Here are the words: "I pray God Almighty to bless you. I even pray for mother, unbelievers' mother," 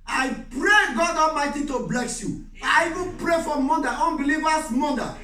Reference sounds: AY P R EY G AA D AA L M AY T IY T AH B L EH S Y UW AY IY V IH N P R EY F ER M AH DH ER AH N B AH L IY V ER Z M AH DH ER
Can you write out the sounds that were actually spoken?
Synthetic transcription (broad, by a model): AY P R EY G AA D AA L M AY T IY T AH B L EH S Y UW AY IY V IH N P R EY F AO M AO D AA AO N B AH L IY V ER S M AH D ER